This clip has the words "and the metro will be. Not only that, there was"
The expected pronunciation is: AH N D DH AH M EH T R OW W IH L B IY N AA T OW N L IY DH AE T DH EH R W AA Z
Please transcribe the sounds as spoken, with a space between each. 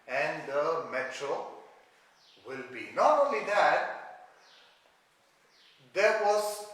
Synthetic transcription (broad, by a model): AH N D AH M EH T R OW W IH L B IY N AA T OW L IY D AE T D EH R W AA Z